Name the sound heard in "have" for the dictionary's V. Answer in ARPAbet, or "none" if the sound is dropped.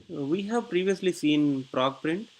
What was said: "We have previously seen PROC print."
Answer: V